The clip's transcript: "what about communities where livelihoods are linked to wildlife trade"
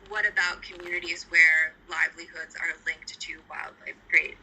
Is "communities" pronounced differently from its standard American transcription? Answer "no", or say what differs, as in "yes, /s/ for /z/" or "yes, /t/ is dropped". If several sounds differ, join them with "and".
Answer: no